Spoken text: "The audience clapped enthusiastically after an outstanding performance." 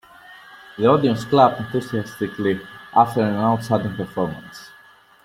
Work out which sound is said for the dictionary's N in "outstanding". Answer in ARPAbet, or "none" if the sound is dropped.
none